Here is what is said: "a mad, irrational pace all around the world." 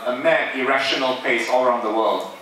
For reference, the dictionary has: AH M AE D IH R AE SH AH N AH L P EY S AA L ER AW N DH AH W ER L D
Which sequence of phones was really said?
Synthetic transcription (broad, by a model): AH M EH IH R AE SH AH N AH L P EY S AA L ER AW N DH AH W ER L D